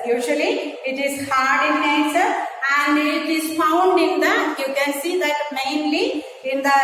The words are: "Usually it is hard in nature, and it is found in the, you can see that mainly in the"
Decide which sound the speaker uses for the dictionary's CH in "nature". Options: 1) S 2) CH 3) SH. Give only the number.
1